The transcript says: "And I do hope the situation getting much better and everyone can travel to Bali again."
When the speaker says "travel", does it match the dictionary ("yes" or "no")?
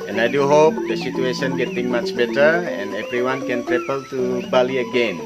no